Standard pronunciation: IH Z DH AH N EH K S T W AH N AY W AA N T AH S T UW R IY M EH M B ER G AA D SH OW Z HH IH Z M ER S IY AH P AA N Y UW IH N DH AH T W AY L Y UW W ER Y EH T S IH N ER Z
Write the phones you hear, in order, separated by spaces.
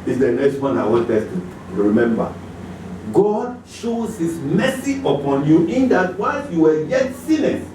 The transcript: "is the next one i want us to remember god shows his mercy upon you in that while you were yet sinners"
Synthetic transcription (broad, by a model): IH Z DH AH N EH K S T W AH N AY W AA T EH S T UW R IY M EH M B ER G AA D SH OW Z HH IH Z M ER S IY AH P AA N Y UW IH N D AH T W AY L Y UW W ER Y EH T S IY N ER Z